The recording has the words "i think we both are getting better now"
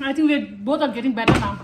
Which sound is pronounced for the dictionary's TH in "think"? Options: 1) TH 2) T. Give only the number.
2